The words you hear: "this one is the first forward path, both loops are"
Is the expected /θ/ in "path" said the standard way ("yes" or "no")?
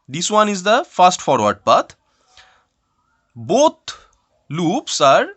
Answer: no